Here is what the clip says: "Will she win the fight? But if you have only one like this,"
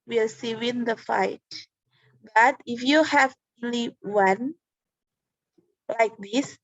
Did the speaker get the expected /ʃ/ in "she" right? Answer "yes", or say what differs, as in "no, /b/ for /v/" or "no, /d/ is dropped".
no, /s/ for /ʃ/